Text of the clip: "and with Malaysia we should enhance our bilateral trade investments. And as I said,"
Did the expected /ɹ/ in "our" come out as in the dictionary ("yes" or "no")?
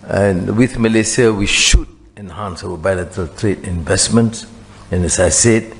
no